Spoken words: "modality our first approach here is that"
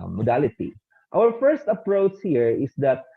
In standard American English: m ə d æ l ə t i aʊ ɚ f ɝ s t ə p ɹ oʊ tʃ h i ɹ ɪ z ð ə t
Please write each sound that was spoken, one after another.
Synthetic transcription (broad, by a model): m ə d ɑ l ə t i aʊ ɚ f ɝ s t ə p ɹ oʊ tʃ h i ɹ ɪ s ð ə t